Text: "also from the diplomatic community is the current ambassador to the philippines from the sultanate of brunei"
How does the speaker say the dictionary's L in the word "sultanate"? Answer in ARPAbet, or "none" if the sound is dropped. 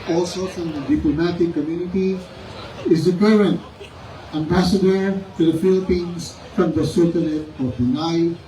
none